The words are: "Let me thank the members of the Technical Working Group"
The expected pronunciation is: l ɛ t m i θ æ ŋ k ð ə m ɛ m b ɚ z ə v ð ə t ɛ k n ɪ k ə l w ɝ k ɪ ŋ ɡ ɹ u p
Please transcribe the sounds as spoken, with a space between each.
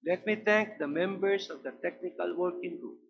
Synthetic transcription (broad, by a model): l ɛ t m i t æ ŋ k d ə m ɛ m b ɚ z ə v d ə t ɛ k n ɪ k ə l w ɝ k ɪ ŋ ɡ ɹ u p